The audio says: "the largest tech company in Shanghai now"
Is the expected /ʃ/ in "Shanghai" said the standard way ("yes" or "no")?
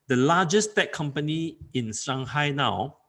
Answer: no